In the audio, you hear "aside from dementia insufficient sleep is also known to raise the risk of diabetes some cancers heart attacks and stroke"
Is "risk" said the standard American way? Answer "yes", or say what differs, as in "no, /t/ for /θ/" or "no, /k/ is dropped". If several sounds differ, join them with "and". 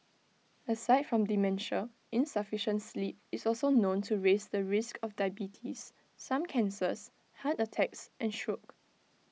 yes